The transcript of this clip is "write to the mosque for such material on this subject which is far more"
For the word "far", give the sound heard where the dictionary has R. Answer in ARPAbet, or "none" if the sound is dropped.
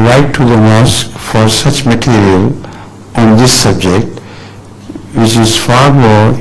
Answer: R